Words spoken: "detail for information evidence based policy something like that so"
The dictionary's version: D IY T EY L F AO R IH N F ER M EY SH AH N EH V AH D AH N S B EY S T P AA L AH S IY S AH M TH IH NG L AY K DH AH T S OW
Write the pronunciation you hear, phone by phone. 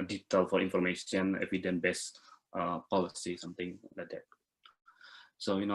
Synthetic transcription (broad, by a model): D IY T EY L F AO R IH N F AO M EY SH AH N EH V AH D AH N B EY S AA P AA L AH S IY S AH M T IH NG L AY K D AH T S OW